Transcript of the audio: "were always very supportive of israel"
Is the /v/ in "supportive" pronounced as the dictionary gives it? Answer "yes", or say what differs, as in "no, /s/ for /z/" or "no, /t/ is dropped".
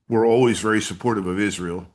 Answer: yes